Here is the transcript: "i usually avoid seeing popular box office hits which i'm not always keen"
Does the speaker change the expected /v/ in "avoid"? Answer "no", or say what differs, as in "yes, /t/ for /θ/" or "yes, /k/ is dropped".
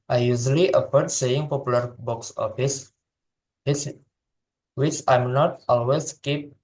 yes, /f/ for /v/